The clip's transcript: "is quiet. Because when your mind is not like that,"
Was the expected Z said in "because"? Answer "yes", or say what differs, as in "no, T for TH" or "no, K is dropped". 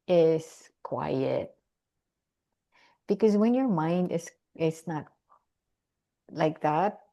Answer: yes